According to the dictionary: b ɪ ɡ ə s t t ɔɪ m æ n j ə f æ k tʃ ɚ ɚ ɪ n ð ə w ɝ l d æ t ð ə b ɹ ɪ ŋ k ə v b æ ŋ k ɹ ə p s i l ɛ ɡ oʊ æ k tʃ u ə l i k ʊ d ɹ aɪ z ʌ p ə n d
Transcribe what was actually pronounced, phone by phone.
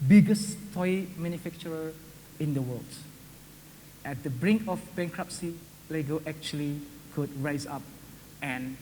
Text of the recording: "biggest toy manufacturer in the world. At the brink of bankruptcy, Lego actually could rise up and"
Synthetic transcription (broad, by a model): b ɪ ɡ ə s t t ɔɪ m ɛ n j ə f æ k tʃ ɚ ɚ ɪ n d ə w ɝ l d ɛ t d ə b ɹ ɪ ŋ k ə f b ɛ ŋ k ɹ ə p s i l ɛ ɡ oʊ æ k tʃ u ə l i k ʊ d ɹ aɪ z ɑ p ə n